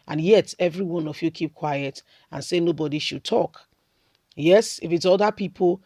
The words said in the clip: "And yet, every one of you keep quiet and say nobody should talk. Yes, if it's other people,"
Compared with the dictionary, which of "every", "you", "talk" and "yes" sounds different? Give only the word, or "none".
none